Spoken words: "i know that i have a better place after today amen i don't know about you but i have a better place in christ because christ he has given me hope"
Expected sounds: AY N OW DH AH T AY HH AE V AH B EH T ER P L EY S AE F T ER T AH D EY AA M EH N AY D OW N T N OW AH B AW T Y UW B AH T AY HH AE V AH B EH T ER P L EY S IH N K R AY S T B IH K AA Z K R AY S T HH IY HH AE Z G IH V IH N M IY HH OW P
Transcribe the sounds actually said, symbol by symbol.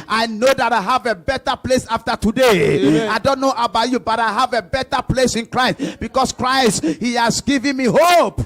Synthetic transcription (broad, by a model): AY N OW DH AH T AY HH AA V AH B EH T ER P L EY S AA F T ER T AH D EY AA IH D OW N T N OW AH B AW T Y UW B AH T AY HH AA V AH B EH T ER P L EY S IH N K R AY S T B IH K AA S K R AY S T HH IY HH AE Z G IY V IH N M IY HH OW P